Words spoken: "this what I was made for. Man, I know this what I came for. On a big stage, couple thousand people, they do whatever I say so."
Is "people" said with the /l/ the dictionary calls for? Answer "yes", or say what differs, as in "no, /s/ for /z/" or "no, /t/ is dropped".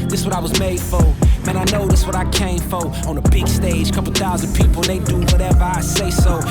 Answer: no, /n/ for /l/